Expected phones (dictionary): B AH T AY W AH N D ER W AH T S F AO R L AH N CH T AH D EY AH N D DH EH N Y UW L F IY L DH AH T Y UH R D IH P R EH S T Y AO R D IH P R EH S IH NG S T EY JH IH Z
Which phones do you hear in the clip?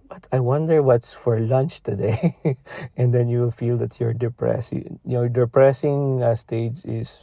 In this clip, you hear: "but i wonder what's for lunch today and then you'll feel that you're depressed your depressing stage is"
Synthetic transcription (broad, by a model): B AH T AY W AH N D ER W AH T S F AO R L AH N CH T AH D EY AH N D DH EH N Y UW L F IY L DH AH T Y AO R D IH P R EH S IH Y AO D IH P R EH S IH NG S T EY JH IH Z